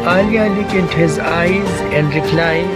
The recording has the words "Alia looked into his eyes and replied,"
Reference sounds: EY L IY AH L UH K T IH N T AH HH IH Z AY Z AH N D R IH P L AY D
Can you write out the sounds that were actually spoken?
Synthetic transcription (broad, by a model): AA L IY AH L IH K IH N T HH IH Z AY Z AH N D R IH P L AY